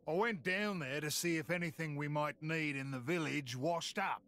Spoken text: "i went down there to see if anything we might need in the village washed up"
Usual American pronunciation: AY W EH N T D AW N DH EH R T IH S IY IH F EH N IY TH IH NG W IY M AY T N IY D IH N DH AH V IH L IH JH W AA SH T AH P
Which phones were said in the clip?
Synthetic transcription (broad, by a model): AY W EH N D AW N DH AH R T IH S IY IH F EH N IY TH IH NG W IY M AY T N IY D IH N DH AH V IH L IH JH W AA SH T AH P